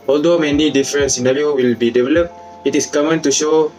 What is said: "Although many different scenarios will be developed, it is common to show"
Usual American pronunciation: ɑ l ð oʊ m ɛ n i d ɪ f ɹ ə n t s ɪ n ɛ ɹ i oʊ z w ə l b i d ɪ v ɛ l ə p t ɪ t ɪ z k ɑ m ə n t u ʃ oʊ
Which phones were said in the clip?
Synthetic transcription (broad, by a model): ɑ l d oʊ m ɛ n i d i f ɹ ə n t s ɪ n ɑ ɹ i oʊ w ə l b i d ɪ v ɛ l ə p t ɪ t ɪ s k ɑ m ə n t u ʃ oʊ